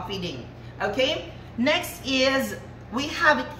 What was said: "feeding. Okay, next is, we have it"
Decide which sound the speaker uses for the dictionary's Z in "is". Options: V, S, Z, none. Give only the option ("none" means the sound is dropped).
Z